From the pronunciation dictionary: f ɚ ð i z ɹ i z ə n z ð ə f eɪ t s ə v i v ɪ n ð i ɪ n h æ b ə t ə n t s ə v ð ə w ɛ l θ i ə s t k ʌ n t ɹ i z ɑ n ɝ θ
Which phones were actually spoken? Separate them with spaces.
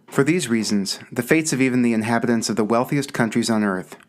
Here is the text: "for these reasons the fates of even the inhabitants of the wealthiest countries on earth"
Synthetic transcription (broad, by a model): f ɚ ð i z ɹ i z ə n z ð ə f eɪ t s ə v i v ɪ n ð i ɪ n h æ b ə t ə n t s ə v ð ə w ɛ l θ i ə s k ʌ n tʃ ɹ i z n ɝ θ